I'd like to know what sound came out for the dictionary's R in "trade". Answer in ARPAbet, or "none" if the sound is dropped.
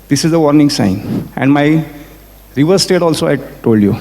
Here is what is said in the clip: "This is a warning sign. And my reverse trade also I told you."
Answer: none